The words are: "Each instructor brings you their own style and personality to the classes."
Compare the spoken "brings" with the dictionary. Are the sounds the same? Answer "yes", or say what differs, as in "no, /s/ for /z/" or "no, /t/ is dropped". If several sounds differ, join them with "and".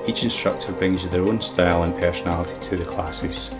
yes